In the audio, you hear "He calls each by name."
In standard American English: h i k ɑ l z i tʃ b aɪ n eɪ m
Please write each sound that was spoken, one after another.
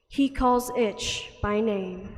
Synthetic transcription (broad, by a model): h i k ɑ l z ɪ tʃ b aɪ n eɪ m